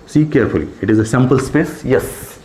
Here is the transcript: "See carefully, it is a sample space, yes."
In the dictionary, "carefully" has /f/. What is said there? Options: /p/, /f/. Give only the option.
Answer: /f/